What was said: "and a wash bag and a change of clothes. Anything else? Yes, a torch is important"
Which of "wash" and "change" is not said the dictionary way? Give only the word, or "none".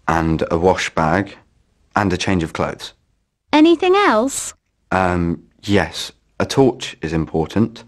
none